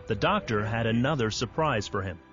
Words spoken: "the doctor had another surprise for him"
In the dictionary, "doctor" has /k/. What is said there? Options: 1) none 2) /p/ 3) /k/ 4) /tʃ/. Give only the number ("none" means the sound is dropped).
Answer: 3